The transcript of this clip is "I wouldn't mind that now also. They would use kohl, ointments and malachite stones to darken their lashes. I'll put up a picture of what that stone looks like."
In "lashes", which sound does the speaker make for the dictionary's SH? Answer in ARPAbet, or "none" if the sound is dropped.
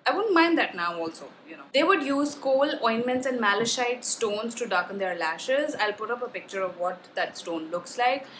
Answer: SH